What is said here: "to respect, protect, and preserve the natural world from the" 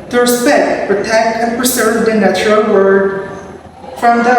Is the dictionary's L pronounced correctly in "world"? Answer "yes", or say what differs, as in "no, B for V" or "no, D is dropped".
no, L is dropped